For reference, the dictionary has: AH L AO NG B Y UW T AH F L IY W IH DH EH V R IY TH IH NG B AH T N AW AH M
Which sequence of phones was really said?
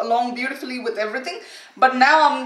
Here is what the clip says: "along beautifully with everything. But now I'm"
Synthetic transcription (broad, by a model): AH L AO NG B Y UW T AH F L IY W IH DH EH V R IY T IH NG B AH T N AW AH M